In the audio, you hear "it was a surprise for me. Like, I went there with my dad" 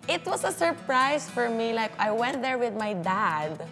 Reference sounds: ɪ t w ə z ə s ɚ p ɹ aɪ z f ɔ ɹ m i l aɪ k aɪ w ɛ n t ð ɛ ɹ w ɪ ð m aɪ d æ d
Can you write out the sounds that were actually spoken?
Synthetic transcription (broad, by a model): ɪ t w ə s ə s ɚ p ɹ aɪ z f ɔ ɹ m i l aɪ k aɪ w ɛ n t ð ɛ ɹ w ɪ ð m aɪ d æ d